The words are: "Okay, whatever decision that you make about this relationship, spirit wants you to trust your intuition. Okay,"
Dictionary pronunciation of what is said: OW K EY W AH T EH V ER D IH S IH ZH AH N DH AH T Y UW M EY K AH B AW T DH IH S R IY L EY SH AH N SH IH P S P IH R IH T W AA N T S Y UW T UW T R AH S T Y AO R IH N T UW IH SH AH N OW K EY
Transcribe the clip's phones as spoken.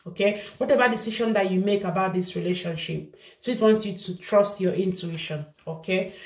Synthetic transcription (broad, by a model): OW K EY W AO T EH V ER D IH S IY SH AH N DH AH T Y UW M EY K AH B AW T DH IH S R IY L EY SH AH N SH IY P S AO IH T W AA N T S Y UW T UW T R AH S T Y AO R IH N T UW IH SH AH N OW K EY